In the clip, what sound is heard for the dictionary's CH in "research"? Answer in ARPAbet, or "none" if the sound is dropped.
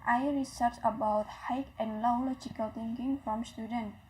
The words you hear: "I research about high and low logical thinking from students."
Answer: S